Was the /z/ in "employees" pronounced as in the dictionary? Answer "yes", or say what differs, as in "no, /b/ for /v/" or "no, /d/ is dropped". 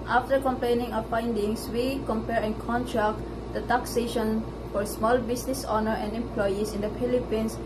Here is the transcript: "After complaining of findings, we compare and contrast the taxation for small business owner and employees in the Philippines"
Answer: no, /s/ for /z/